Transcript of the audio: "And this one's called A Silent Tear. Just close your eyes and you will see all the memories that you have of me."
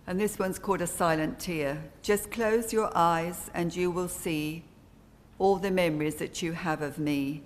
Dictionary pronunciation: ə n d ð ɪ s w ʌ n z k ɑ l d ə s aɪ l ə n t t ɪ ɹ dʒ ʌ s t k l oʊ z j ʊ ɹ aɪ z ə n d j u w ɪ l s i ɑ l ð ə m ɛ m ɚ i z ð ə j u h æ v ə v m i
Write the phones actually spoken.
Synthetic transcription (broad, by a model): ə n ð ɪ s w ʌ n z k ɑ l d ə s aɪ l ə n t t ɪ ɹ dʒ ʌ s k l oʊ z j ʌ ɹ aɪ z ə n j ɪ w ɪ l s i ɑ l ð ə m ɛ m ɚ i z ð ə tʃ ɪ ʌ v ə v m i